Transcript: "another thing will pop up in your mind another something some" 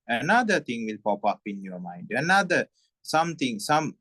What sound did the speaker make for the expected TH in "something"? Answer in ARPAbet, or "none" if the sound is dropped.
T